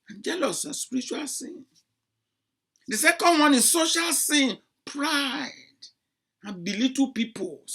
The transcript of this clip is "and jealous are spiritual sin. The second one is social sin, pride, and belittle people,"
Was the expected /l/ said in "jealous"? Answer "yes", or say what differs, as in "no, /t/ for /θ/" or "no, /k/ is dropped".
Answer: yes